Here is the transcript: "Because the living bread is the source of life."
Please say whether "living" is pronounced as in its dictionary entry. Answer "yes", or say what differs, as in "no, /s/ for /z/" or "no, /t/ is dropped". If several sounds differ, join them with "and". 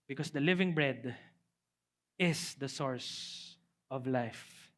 yes